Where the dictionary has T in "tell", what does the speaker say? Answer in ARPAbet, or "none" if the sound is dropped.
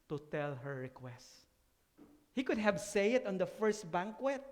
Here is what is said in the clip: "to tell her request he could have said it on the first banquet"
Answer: T